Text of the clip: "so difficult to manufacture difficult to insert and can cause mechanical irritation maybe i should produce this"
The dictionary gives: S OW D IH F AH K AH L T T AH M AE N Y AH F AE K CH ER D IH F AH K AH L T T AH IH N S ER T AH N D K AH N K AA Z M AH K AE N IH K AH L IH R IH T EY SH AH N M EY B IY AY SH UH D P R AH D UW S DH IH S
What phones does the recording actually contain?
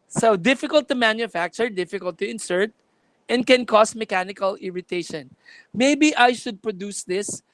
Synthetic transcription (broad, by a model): S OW D IH F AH K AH L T T AH M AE N Y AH F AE K CH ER D IH F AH K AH L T T AH IH N S ER T AH N D K AH N K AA S M AH K AE N IH K AH L IH R IH T EY SH AH N M EY B IY AY SH UH D P R AH D UW S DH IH S